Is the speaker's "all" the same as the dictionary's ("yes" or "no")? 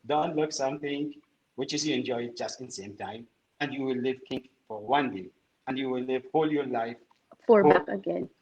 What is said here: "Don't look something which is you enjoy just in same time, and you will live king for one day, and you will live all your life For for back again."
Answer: yes